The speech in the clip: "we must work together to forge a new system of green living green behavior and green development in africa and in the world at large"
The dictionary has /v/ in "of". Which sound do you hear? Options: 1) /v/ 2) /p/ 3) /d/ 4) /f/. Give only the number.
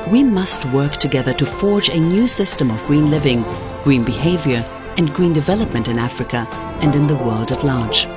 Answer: 1